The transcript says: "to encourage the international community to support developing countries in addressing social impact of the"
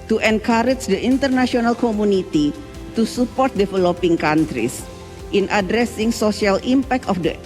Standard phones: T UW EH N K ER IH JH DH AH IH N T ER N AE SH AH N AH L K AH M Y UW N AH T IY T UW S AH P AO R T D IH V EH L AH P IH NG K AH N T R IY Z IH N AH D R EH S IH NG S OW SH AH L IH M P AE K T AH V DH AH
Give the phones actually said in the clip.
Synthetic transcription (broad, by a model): T UW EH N K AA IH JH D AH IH N T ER N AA S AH N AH L K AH M UW N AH T IY T UW S AH P AO R T D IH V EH L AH P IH NG K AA N T R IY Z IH N AH D R EH S IH NG S OW S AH L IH M P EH K T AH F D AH